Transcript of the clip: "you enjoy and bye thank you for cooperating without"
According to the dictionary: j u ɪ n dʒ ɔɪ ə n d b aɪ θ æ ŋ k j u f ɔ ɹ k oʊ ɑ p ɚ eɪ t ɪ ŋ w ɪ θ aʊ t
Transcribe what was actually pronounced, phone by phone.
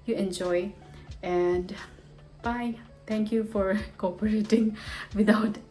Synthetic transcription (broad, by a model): j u ɪ n dʒ ɔɪ ə n d b aɪ t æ ŋ k j u f ɔ ɹ k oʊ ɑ p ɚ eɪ t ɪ ŋ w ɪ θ aʊ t